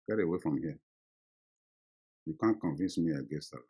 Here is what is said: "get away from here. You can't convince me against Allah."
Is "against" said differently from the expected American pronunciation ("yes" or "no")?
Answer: yes